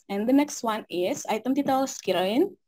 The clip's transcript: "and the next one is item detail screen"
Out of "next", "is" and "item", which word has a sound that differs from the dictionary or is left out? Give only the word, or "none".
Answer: is